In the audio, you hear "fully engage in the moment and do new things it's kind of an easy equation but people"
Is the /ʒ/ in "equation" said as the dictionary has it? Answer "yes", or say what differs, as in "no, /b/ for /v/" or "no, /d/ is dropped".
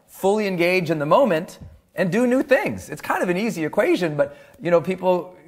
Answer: yes